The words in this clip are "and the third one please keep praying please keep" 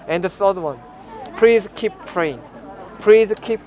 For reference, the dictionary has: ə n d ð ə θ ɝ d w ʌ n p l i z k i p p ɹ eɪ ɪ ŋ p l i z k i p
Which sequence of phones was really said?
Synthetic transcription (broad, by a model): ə n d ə s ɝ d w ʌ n p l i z k i p p ɹ eɪ ɪ ŋ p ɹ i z k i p